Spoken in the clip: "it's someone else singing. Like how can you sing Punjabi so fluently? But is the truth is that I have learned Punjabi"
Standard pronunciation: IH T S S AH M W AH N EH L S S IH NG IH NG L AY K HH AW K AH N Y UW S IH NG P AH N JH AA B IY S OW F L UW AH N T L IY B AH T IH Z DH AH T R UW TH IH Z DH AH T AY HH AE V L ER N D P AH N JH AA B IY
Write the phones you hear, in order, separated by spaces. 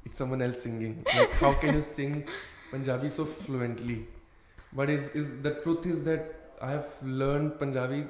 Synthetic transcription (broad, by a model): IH T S S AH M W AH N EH L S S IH NG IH NG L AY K HH AW K AH N Y UW S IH NG P AH N JH AA B IY S OW F L UW AH N T L IY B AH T IH Z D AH T R UW T IH Z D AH T AY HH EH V L ER N D P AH N JH AA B IY